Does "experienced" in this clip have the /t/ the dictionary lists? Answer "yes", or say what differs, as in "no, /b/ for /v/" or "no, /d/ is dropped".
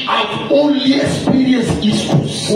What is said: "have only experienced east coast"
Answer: no, /t/ is dropped